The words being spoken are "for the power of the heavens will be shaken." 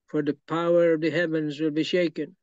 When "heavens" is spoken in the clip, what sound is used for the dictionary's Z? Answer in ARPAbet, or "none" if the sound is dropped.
Z